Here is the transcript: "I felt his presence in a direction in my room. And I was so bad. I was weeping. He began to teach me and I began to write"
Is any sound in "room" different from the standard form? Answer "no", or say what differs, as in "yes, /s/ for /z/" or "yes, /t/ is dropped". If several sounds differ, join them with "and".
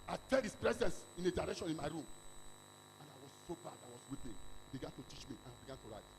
no